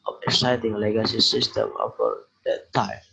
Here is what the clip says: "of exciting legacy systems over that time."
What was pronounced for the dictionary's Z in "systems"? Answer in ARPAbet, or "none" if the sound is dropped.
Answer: none